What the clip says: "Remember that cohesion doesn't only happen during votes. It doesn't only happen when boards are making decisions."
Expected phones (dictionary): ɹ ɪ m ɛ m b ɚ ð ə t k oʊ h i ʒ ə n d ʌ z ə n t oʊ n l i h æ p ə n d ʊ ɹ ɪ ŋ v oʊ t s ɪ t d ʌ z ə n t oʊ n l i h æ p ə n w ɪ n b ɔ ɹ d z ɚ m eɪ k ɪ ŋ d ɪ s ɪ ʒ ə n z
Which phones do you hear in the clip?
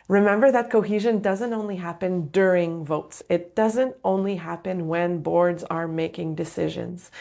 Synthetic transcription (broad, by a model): ɹ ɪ m ɛ m b ɚ ð ə t k oʊ h i ʒ ə n d ʌ z ə n t oʊ n l i h æ p ə n d ʊ ɹ ɪ ŋ v oʊ t s ɪ t d ʌ z ə n t oʊ n l i h æ p ə n w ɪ n b ɔ ɹ d z ɚ m eɪ k ɪ ŋ d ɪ s ɪ ʒ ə n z